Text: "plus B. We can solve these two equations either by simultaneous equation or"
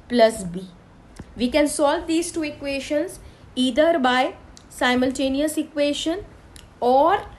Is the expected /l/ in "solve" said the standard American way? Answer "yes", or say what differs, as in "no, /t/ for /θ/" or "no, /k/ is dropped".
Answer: yes